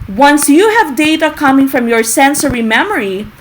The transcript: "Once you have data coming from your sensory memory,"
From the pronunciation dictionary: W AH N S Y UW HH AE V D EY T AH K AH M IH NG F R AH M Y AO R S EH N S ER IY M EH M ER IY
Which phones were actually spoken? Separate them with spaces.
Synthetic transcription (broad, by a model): W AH N S Y UW HH AE V D EY T AH K AH M IH NG F R AH M Y AO R S EH N S ER IY M EH M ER IY